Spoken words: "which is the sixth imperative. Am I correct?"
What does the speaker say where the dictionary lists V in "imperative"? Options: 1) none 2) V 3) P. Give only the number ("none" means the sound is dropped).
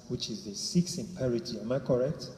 1